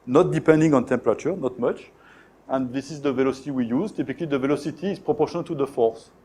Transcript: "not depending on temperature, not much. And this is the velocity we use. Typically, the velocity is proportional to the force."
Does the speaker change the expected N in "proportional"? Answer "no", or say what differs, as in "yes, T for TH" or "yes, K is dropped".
yes, N is dropped